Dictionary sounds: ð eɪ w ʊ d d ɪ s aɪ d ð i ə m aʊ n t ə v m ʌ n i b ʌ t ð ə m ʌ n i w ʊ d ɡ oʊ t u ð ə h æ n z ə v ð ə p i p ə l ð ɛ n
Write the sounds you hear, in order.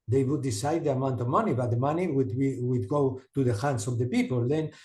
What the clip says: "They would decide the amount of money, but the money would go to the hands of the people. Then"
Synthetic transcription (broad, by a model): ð eɪ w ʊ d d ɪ s aɪ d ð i ə m aʊ n t ə v m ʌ n i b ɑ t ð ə m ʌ n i w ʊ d ɡ oʊ t u ð ə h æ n s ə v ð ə p i p ə l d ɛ n